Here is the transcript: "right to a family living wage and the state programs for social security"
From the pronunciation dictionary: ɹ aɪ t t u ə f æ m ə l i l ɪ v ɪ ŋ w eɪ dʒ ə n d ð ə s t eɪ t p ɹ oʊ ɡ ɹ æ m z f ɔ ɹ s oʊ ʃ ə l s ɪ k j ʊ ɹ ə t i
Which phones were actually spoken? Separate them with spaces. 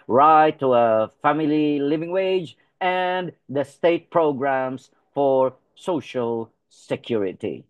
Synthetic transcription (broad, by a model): ɹ aɪ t t u ə f æ m ə l i l ɪ v ɪ ŋ w eɪ dʒ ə n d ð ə s t eɪ t p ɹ oʊ ɡ ɹ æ m s f ɔ ɹ s oʊ ʃ ə l s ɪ k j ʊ ɹ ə t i